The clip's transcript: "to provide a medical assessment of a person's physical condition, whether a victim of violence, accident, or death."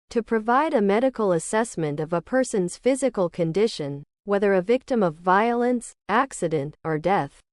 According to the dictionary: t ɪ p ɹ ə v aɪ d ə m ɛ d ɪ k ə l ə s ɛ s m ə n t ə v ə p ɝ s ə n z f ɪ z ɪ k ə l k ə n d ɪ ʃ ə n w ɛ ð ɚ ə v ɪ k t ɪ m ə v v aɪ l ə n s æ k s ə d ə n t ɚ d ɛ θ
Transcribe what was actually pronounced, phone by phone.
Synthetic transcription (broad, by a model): t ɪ p ɹ ə v aɪ d ə m ɛ d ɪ k l ə s ɛ s m ə n t ə v ə p ɝ s ə n z f ɪ z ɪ k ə l k ə n d ɪ ʃ ə n w ɛ ð ɚ ə v ɪ k t ɪ m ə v v aɪ l ə n s æ k s ə d ə n t ɚ d ɛ θ